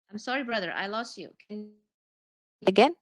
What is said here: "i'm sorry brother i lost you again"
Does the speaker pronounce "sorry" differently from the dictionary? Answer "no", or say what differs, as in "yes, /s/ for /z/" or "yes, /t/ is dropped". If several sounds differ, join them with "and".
no